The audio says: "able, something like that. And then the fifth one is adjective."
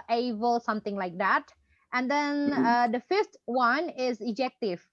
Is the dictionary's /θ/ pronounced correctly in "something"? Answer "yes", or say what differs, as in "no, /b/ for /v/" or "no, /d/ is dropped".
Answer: no, /t/ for /θ/